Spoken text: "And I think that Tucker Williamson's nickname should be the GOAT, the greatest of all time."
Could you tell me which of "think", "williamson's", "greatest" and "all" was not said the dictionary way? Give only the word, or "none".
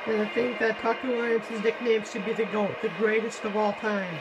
williamson's